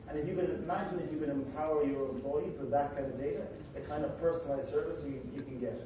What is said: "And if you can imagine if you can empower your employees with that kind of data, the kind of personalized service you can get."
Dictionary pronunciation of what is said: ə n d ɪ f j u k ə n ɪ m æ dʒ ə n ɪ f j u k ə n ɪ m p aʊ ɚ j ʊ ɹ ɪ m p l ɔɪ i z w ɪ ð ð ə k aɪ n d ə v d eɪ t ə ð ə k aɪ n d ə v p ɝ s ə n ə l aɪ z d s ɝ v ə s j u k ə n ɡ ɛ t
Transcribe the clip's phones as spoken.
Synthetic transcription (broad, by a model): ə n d ɪ f j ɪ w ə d ɪ m æ dʒ ə n ɪ f j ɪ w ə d ɪ m p aʊ ɚ j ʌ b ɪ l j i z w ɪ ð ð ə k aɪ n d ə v d eɪ t ə ð ə k aɪ n d ə v p ɝ s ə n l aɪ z s ɝ v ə s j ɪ k ə n ɡ ɛ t